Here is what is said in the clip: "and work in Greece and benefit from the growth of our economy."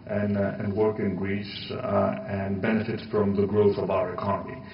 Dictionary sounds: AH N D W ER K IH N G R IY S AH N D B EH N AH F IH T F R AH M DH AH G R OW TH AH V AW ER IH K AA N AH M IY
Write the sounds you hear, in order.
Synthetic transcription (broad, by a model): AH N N W ER K IH N G R IY S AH N B EH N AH F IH T F R AH M DH AH G R OW TH AH V AW ER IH K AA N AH M IY